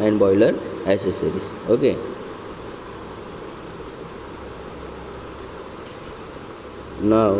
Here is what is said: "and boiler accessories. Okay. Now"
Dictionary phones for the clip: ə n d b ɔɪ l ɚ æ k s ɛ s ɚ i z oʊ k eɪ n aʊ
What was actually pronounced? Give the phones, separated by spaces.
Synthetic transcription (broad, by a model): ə n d b ɔɪ l ɚ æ s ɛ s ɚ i s oʊ k eɪ n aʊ